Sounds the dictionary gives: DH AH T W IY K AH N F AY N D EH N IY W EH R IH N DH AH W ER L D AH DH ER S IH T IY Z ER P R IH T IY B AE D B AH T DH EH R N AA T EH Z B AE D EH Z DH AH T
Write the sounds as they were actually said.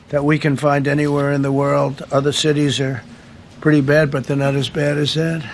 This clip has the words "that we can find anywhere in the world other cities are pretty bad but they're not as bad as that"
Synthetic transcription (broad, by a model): DH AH T W IY K AH N F AY N D EH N IY W EH R IH N DH AH W ER L D AH DH ER S IH T IY Z ER P R IH T IY B AE D B AH T DH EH R N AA T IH Z B AE D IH Z DH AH T